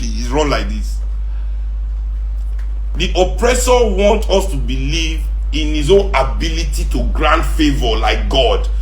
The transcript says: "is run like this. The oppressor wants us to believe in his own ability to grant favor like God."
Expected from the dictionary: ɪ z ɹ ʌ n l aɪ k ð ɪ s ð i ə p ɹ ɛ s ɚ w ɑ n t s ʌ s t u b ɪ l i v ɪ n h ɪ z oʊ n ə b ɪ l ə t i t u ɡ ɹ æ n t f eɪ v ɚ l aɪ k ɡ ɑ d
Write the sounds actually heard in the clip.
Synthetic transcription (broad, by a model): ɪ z ɹ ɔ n l aɪ k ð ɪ s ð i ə p ɹ ɛ s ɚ w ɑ n t ʌ s t u b ɪ l i v ɪ n h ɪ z oʊ n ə b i l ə t i t u ɡ ɹ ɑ n t f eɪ v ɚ l aɪ k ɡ ɑ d